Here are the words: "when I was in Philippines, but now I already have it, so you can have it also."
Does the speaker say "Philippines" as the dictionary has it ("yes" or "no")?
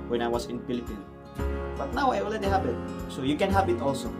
no